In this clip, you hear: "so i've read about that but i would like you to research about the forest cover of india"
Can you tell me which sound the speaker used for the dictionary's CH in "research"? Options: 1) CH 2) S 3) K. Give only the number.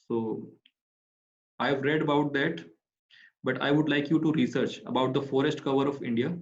1